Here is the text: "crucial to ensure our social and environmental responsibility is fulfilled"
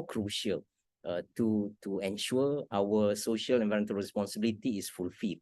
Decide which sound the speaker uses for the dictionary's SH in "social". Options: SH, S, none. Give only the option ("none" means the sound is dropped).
SH